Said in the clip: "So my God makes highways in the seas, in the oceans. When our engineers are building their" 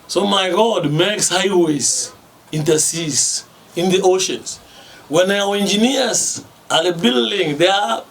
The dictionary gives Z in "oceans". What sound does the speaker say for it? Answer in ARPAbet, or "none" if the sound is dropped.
S